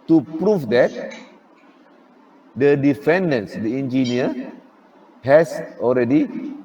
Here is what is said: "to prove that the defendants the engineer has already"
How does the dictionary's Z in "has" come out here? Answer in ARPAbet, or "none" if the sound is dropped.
S